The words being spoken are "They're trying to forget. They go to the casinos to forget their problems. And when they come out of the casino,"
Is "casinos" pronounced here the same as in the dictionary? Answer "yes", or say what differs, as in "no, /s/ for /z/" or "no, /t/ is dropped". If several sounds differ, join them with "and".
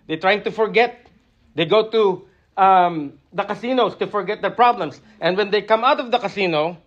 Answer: no, /s/ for /z/